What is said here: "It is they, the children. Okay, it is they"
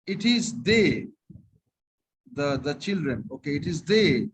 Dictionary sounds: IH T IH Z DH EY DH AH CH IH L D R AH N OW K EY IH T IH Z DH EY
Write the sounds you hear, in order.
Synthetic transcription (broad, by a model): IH T IH Z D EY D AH CH IH L D R AH N OW K EY IH T IH Z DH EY